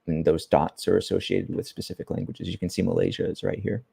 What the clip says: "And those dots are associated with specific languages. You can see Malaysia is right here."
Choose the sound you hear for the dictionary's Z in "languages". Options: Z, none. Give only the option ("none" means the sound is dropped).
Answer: Z